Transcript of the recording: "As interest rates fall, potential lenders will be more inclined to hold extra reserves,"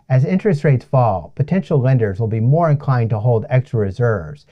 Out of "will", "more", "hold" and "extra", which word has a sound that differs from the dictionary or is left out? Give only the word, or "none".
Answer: none